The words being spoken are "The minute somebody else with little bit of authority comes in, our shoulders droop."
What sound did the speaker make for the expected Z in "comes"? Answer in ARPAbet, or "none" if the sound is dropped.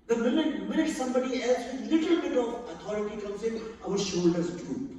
S